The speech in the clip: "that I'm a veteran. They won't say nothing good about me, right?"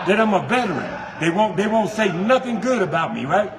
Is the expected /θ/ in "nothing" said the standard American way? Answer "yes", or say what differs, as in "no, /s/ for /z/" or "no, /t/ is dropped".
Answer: yes